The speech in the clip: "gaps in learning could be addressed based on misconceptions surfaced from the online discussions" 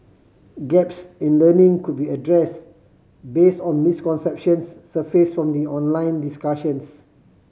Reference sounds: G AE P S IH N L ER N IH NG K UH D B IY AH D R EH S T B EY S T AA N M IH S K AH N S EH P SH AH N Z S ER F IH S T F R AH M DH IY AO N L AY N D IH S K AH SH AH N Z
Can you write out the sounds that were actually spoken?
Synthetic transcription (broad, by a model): G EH P S IH N L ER N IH NG K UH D B IY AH D R EH S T B EY S T AA N M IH S K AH N S EH P SH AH N S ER F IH S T F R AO M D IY AO N L AY N D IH S K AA SH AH N S